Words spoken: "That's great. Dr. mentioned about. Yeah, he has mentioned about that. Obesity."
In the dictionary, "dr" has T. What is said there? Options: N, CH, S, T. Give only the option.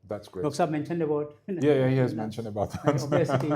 S